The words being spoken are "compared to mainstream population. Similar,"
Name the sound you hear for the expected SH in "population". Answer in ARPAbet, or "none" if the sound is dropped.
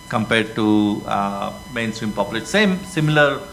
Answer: S